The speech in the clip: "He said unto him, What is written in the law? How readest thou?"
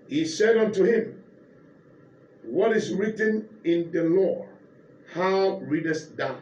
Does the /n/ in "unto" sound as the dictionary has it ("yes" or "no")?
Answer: yes